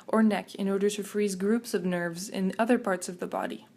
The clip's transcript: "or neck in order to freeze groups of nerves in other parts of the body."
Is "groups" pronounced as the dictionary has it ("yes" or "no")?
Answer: yes